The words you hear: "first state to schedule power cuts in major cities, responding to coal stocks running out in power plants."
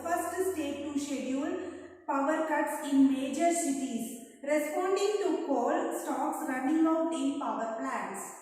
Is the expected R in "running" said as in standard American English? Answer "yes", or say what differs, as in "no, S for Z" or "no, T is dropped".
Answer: yes